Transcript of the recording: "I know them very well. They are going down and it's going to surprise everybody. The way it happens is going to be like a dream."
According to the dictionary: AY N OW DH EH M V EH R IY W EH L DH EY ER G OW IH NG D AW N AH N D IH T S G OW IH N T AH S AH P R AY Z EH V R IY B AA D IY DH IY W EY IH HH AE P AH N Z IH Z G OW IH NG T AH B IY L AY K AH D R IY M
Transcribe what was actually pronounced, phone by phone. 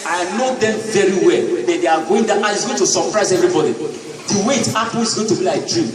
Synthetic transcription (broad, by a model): AY N OW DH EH M V EH R IY W EH L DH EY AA G OW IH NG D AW AH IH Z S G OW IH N T AH S AH P R AY Z EH V R IY B AA D IY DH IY W EY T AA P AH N IH Z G OW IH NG T AH B IY L AY K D R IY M